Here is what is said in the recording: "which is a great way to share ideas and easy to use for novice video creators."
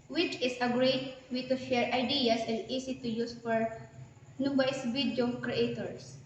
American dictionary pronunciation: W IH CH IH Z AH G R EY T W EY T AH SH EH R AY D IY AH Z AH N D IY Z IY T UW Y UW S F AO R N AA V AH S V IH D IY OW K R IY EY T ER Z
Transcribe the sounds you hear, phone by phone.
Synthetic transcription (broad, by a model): W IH CH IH S AH G R EY T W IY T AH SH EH R AY D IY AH S AH N D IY S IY T UW Y UW S F AO R N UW B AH S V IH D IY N K R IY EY T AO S